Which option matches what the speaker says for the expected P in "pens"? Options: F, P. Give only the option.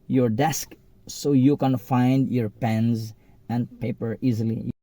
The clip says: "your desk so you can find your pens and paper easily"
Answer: P